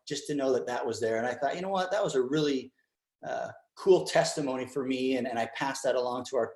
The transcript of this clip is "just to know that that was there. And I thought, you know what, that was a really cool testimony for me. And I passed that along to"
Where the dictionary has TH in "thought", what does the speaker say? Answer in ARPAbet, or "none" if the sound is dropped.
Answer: TH